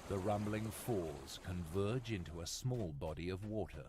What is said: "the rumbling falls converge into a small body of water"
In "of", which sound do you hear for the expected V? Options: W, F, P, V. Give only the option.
V